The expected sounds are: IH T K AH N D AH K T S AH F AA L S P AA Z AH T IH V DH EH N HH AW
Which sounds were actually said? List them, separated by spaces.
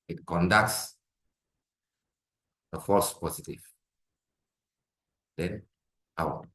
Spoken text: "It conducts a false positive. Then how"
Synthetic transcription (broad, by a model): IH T K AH N D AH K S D AH F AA S P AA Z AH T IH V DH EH N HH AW